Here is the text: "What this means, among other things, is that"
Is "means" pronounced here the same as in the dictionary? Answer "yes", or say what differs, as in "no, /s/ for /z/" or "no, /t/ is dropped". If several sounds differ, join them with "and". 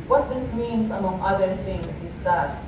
no, /s/ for /z/